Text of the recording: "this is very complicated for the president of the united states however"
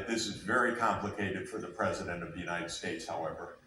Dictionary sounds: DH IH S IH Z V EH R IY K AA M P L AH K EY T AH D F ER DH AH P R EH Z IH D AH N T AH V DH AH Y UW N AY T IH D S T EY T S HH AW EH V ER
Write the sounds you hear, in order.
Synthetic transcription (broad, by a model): DH IH S IH Z V EH R IY K AA M P L AH K EY T AH D F ER DH AH P R EH Z IH D AH N T AH V DH AH Y UW N AY T IH D S T EY T S HH AW EH V ER